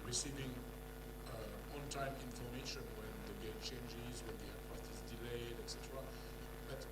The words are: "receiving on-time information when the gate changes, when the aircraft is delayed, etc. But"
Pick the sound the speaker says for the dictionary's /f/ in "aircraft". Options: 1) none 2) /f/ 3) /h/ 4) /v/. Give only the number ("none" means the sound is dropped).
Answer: 1